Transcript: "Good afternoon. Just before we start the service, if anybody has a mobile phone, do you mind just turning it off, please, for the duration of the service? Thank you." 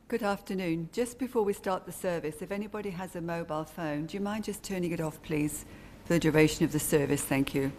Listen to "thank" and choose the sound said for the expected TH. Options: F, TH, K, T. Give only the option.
TH